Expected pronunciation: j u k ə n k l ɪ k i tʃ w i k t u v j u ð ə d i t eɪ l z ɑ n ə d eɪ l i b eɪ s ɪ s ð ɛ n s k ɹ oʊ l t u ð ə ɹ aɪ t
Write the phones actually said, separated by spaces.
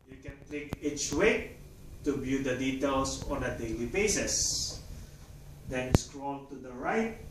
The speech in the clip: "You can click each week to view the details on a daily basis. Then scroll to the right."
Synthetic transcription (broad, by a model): j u k ə n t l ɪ k i tʃ w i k t u b j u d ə d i t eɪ l s ɑ n ə d eɪ l i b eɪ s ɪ s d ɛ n s k ɹ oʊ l t u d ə ɹ aɪ t